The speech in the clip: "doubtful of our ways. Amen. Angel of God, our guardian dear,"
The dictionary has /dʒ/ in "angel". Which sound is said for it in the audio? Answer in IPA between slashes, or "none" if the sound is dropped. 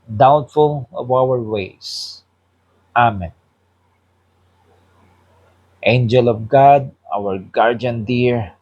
/dʒ/